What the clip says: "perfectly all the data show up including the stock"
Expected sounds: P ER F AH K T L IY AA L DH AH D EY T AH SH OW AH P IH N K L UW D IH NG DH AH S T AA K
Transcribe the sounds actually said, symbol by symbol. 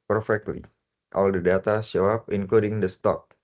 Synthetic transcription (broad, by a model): P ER F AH K T L IY AA L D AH D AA T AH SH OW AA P IH N K L UW D IH NG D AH S T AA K